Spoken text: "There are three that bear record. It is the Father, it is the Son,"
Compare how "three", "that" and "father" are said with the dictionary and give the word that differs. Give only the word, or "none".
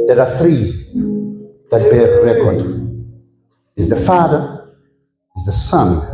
none